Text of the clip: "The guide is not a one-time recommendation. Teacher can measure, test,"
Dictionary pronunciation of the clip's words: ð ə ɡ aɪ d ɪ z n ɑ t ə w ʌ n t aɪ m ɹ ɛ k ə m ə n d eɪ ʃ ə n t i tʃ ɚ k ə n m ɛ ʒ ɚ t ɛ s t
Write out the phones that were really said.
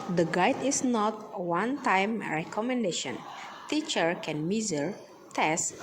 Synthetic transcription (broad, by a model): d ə ɡ aɪ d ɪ s n ɑ t w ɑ n t aɪ m ɹ ɛ k ə m ə n d eɪ ʃ ə n t i tʃ ɚ k ə n m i z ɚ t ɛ s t